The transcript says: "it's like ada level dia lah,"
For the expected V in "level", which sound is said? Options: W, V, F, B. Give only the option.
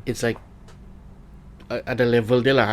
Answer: V